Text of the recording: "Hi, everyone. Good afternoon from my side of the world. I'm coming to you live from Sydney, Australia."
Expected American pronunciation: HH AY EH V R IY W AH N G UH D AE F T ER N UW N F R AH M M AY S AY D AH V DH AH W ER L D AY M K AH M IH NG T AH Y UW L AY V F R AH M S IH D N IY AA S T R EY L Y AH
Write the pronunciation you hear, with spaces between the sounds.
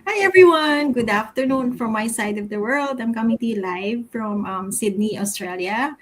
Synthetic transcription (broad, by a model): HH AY EH V R IY W AH N G UH D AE F T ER N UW N F R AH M M AY S AY D AH V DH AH W ER L D AY M K AH M IH NG T AH Y UW L AY V F R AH M S IH D N IY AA S T R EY L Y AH